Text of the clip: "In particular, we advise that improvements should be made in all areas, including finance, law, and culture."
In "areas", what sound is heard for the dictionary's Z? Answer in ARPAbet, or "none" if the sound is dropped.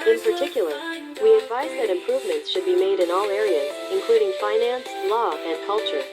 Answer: Z